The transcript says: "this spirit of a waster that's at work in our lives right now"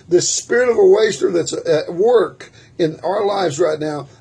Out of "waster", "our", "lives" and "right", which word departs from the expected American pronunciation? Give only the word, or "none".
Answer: none